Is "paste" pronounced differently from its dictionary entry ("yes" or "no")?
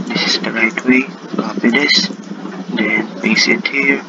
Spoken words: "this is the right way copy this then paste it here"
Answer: yes